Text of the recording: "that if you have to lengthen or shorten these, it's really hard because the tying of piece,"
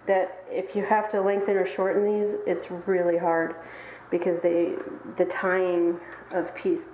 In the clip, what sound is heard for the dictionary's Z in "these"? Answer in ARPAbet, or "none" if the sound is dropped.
Z